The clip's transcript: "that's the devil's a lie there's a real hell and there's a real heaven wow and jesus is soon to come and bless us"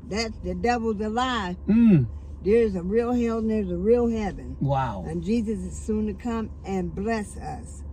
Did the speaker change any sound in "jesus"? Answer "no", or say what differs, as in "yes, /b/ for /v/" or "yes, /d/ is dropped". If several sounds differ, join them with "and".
no